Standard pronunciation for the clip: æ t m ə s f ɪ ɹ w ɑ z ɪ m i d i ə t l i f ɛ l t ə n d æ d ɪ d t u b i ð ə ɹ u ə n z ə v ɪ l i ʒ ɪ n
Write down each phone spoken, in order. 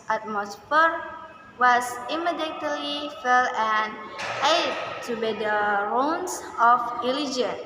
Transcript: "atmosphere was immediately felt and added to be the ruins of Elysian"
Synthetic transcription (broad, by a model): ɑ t m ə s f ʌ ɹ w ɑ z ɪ m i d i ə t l i f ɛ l ə n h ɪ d t u b i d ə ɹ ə n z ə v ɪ l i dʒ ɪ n